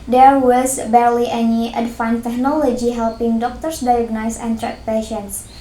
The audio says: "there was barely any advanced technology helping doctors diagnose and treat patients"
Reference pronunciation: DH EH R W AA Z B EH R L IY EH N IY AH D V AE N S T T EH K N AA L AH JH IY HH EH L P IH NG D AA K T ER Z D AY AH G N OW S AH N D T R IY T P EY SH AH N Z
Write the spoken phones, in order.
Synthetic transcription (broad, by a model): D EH R W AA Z B EH R L IY EH N IY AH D F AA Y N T T EH K N AA L AH JH IY HH EH L P IH NG D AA K T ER S D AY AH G N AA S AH N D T R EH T P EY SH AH N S